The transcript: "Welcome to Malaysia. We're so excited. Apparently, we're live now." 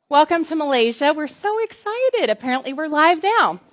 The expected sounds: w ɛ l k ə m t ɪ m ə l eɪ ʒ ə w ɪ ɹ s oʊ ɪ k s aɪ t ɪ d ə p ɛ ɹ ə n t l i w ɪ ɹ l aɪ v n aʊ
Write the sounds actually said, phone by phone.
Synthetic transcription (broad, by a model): w ɛ l k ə m t ɪ m ə l eɪ ʒ ə w ɪ ɹ s oʊ ɪ k s aɪ t ɪ d ə p ɛ ɹ ə n t l i w ɪ ɹ l aɪ v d aʊ